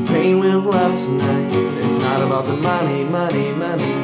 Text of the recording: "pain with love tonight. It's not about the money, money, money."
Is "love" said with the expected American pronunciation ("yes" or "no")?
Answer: no